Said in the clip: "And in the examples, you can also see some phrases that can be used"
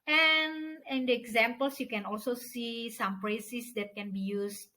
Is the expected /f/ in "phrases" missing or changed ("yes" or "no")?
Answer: yes